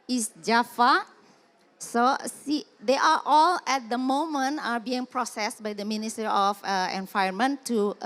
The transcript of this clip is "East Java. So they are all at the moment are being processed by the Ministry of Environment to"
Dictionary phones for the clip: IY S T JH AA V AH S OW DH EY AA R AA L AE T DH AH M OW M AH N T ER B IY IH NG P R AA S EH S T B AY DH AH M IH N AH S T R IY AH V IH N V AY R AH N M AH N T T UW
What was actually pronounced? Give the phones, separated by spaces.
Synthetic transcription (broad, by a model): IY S JH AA F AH S OW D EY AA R AA L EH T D AH M OW M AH N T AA B IY IH NG P R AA S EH S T B AY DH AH M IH N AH S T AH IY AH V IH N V AY AH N M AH N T T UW